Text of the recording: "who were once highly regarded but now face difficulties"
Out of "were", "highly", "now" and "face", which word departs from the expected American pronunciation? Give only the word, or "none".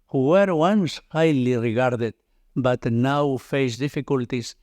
none